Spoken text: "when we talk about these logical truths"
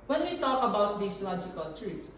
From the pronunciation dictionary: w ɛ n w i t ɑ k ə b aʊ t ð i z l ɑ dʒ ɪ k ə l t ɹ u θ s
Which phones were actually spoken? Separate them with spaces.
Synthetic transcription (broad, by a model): w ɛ n w i t ɑ k ə b aʊ t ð i s l ɑ dʒ ɪ k ə l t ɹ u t s